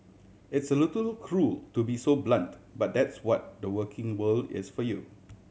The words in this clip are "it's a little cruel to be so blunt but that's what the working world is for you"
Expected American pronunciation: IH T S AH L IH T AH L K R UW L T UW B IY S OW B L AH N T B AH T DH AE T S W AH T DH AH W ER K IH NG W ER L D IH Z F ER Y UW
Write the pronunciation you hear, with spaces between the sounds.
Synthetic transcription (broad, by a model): IH T S AH L IH T AH L K R UW L T UW B IY S OW B L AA N T B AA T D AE T S W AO T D AH W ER K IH NG W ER L D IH S F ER Y UW